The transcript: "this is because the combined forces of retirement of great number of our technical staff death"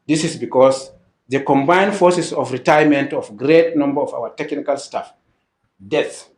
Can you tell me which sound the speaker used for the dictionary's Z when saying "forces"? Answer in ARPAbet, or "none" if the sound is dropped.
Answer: S